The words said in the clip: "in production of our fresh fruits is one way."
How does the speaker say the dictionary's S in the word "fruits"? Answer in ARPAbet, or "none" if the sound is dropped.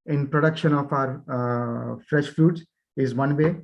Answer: none